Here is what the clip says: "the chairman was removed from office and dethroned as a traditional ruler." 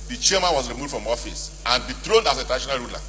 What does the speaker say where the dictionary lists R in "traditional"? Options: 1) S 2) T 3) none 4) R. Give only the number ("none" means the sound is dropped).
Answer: 3